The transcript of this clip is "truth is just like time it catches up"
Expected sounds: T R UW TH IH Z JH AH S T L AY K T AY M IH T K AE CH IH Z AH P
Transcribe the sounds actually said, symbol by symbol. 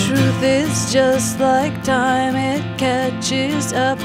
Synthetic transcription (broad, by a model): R UW TH IH Z JH AH S T L AY K T AY M IH T K AE CH IH Z AH P